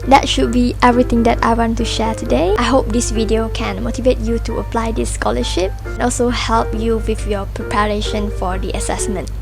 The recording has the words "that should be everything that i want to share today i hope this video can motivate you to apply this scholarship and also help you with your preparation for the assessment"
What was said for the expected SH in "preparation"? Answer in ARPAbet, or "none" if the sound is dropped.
SH